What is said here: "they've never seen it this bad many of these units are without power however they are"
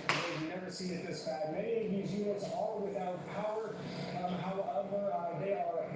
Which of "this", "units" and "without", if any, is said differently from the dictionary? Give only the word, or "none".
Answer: units